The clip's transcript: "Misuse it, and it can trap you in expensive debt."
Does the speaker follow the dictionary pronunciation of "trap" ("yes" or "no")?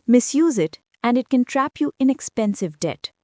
yes